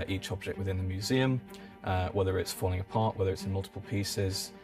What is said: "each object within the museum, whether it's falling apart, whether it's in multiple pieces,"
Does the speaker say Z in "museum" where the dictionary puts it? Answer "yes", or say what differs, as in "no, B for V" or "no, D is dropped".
yes